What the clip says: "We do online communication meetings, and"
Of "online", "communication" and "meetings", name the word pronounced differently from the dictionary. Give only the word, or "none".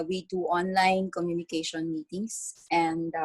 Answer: meetings